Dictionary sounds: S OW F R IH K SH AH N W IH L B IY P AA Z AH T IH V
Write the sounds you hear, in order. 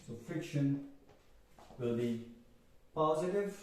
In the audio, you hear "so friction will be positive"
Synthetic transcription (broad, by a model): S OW F IH K SH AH N W IH L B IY P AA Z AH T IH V